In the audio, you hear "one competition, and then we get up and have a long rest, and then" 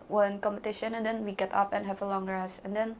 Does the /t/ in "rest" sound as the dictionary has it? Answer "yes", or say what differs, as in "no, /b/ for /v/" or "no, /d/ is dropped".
no, /t/ is dropped